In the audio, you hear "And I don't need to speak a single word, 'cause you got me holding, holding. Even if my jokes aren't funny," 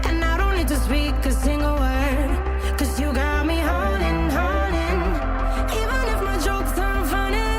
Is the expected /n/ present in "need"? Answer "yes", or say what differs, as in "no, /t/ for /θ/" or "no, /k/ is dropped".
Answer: no, /l/ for /n/